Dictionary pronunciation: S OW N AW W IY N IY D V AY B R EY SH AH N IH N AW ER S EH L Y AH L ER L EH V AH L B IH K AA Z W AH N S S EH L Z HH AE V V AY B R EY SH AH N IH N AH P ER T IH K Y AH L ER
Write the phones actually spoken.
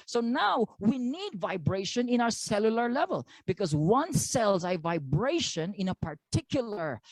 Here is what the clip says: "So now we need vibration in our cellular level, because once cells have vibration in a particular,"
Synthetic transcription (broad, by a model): S OW N AW W IY N IY D V AY B R EY SH AH N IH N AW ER S EH L Y AH L ER L EH V AH L B IH K AA Z W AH N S S EH L Z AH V V AY B R EY SH AH N IH N AH P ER T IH K Y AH L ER